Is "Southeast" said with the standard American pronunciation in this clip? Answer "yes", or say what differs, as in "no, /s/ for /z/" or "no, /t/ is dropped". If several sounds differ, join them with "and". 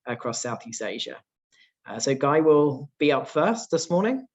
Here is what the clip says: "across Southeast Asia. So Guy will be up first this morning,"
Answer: yes